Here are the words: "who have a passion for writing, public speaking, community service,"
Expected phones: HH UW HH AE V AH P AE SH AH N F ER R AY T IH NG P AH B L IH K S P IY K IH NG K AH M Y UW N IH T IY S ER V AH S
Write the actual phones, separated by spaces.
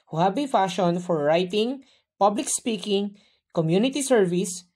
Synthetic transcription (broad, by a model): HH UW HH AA B AH F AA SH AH N F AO R AY T IH NG P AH B L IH K S P IY K IH NG K AH M Y UW N IH T IY S ER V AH S